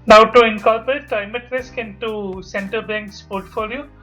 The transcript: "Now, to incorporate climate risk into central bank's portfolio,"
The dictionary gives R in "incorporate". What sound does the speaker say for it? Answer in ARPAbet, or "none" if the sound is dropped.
L